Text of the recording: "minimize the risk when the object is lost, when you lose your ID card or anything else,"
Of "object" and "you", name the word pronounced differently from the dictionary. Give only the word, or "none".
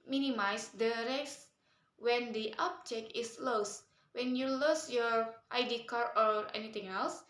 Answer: object